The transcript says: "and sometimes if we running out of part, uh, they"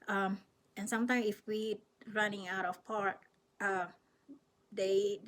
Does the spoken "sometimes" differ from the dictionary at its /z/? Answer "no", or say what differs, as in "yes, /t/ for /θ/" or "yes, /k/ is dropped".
yes, /z/ is dropped